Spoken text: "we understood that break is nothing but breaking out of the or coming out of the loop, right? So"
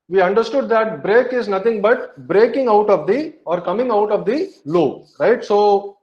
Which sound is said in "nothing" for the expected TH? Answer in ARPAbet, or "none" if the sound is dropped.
T